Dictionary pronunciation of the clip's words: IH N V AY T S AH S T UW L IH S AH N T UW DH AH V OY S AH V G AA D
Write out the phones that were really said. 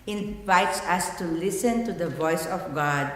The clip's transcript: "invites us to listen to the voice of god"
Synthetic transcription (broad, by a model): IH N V AY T S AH S T UW L IH S AH N T UW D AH V OY S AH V G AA D